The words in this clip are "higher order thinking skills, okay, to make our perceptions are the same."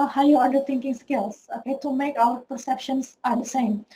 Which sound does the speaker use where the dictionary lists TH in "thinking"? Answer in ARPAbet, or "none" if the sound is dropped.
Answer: T